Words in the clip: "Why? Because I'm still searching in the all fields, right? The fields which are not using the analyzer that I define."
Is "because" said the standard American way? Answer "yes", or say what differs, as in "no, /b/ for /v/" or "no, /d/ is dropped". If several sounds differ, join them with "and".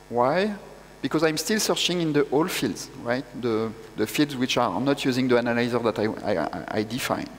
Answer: yes